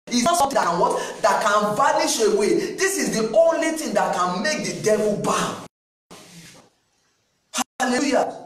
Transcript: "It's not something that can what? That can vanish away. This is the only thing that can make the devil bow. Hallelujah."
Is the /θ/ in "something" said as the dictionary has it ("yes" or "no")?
no